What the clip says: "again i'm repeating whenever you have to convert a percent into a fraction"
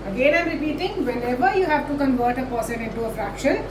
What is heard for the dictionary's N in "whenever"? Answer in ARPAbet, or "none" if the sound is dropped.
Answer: L